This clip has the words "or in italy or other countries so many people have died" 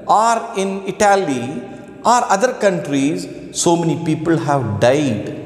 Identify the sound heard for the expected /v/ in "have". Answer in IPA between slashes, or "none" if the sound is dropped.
/v/